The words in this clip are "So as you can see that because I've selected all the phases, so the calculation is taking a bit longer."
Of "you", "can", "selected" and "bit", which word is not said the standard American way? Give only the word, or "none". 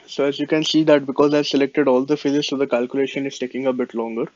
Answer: none